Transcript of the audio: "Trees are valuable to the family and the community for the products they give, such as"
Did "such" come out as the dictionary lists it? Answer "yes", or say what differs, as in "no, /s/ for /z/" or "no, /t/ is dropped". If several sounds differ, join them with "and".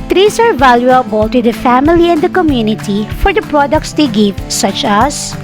yes